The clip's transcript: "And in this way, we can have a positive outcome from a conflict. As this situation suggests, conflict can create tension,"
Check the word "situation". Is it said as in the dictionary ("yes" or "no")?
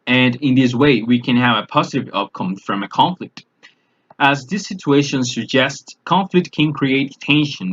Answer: yes